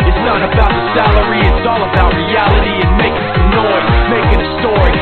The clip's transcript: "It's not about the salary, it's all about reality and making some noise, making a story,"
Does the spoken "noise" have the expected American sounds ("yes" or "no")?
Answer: no